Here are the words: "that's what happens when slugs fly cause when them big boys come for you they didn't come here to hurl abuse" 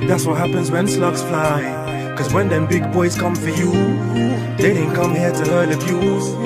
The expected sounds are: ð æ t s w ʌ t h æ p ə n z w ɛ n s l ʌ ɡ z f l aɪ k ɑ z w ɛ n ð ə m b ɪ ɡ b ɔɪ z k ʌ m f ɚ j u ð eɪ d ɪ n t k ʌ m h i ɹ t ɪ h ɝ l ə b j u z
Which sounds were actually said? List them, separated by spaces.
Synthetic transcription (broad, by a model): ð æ t s w ʌ t h æ p ə n z w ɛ n s l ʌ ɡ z f l aɪ k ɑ z w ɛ n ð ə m b ɪ ɡ b ɔɪ z k ʌ m f ɚ j u ð eɪ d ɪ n k ʌ m h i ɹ t ɪ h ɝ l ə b j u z